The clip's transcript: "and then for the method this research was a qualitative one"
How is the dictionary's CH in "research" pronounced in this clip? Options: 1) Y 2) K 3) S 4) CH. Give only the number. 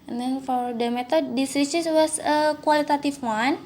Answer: 3